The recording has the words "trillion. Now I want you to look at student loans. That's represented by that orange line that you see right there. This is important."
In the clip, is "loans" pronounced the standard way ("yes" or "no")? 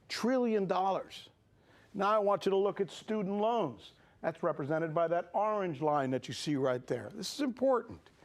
yes